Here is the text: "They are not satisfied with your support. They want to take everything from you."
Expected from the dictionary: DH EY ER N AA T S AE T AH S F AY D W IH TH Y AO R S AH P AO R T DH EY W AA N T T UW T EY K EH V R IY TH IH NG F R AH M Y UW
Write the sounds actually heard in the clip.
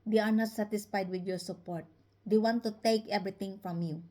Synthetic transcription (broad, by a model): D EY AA N AA T S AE T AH S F AY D W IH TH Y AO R S AH P AO R T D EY W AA N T T UW T EY K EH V R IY T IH NG F R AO M Y UW